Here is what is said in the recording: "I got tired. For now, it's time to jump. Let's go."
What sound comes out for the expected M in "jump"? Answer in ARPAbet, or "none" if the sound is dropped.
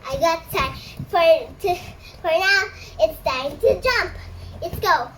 M